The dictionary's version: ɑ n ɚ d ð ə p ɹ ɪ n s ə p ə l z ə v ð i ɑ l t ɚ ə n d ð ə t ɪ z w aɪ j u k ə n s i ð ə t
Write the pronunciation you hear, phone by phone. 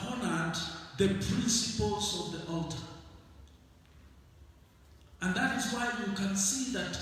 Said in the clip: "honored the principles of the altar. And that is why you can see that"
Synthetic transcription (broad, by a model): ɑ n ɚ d ð ə p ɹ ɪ n s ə p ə l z ə v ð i ɑ l t ɚ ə n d ð ə t ɪ z w aɪ j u k ə n s i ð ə t